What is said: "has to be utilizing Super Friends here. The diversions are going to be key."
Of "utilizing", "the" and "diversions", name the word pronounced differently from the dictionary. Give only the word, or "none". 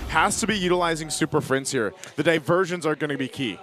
none